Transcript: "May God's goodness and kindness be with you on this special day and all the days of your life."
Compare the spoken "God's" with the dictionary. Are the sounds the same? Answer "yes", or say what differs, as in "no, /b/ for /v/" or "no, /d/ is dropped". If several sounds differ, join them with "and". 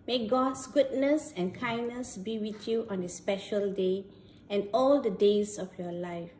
no, /s/ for /z/